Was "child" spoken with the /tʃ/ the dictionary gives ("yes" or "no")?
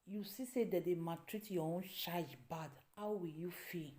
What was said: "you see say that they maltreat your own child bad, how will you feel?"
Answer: no